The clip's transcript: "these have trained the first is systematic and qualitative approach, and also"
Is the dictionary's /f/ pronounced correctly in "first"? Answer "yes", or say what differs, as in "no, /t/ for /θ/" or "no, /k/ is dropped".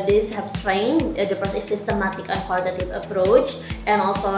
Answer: no, /p/ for /f/